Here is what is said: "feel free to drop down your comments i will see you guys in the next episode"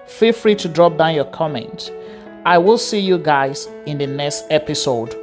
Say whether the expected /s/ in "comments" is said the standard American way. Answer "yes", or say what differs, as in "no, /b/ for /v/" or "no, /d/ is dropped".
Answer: no, /s/ is dropped